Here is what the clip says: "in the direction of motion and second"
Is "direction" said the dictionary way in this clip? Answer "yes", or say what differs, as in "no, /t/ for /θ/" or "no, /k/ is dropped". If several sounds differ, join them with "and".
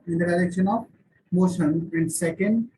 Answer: no, /l/ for /ɹ/